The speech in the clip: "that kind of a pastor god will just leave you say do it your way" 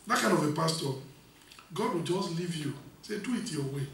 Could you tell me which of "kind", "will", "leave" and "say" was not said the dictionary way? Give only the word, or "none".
none